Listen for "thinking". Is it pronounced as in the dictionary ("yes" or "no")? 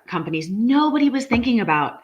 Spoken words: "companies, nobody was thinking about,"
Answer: yes